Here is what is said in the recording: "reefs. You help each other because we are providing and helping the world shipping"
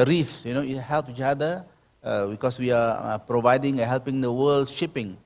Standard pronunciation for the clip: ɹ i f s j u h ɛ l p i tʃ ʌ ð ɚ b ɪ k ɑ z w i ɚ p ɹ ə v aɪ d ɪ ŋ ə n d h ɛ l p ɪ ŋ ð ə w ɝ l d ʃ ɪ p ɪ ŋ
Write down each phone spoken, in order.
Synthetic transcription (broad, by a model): ɹ i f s j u h ɛ l p i tʃ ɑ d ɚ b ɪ k ɑ s w i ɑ p ɹ ə v aɪ d ɪ ŋ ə h ɛ l p ɪ ŋ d ə w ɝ l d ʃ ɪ p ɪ ŋ